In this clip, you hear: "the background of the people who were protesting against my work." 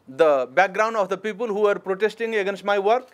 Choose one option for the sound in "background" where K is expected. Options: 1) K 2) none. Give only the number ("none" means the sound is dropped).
1